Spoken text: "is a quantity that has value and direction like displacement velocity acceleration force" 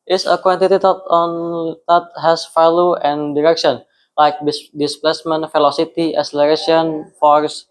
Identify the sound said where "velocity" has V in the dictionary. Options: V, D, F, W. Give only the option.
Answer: F